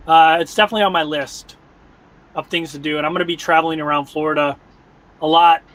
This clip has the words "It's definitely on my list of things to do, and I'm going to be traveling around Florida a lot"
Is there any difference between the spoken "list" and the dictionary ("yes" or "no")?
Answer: no